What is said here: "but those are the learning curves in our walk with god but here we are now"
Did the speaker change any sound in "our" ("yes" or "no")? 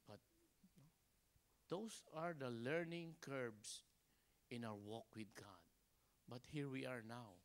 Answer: yes